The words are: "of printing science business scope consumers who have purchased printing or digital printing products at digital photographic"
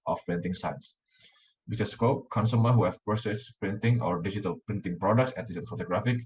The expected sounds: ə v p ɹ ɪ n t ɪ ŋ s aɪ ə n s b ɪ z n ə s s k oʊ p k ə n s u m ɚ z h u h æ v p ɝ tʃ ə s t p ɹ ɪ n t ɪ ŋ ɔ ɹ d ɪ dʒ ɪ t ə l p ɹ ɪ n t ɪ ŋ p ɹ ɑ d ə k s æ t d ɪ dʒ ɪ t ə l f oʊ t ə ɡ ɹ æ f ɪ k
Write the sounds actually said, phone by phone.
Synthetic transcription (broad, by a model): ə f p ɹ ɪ n t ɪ ŋ s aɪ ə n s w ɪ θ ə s s k oʊ p k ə n s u m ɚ h u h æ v p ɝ s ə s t p ɹ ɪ n t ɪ ŋ ɔ ɹ d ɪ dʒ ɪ t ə l p ɹ ɪ n t ɪ ŋ p ɹ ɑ d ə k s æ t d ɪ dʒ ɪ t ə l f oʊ t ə ɡ ɹ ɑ f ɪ k